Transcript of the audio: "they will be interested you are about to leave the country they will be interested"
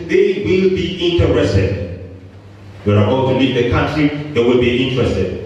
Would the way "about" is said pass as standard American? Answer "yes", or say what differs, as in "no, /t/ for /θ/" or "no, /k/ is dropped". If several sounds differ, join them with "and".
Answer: no, /b/ is dropped